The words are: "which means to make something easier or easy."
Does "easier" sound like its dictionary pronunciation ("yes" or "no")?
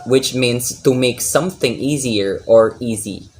yes